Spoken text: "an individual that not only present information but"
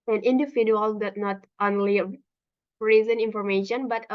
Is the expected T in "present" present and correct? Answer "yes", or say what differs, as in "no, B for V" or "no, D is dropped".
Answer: no, T is dropped